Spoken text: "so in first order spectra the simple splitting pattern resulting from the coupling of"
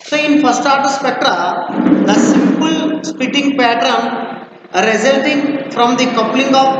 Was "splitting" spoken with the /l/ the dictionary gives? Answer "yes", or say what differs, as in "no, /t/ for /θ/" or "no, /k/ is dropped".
no, /l/ is dropped